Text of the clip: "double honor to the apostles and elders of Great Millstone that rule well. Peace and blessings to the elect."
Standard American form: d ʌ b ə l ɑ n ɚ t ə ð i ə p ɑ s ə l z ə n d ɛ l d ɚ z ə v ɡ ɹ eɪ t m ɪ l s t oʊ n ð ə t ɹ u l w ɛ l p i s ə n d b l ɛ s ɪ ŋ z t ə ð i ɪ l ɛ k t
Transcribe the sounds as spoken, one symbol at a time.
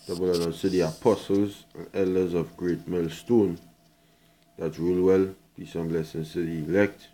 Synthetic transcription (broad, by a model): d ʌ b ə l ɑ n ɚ s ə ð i ə p ɑ s ə l z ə n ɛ l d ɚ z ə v ɡ ɹ eɪ t m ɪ l s t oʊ n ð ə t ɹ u l w ɛ l b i s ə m b l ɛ s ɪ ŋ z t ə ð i l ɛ k t